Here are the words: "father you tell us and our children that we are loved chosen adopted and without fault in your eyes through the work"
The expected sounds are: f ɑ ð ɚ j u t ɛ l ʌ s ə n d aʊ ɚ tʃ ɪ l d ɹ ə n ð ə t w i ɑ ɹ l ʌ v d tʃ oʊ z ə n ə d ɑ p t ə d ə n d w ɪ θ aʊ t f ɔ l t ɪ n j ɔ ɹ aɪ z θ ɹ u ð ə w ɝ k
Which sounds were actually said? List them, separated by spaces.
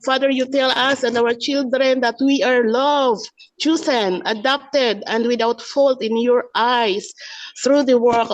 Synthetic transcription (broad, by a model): f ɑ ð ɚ j u t ɛ l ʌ s ə n d aʊ ɚ tʃ ɪ l d ɹ ə n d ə t w i ɑ ɹ l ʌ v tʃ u s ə n ə d ɑ p t ə d ə n d w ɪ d aʊ t f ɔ l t ɪ n j ɔ ɹ aɪ s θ ɹ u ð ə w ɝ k